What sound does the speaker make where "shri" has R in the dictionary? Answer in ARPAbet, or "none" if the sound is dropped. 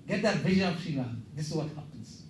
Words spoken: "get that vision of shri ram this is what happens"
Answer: none